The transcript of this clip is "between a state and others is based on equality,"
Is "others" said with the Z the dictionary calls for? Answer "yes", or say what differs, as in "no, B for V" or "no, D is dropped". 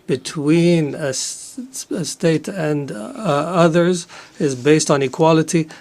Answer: yes